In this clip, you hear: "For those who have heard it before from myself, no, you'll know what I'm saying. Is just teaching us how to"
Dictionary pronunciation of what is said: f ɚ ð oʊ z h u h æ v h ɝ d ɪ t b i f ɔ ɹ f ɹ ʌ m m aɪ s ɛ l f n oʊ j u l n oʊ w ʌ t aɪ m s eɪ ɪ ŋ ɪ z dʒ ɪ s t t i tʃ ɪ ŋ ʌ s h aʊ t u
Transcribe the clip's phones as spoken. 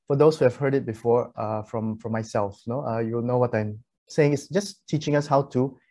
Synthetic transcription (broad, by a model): f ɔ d oʊ s h u h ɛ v h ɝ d ɪ t b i f ɔ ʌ f ɹ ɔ m m aɪ s ɛ l f n oʊ j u w n oʊ w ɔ t aɪ m s eɪ ɪ ŋ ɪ s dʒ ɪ s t t i tʃ ɪ ŋ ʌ s h aʊ t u